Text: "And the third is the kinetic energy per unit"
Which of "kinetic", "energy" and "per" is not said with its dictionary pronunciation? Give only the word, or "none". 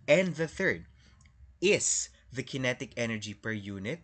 none